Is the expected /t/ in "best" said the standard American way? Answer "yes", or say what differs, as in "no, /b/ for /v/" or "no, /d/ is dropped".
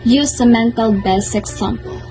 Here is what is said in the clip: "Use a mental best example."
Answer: no, /t/ is dropped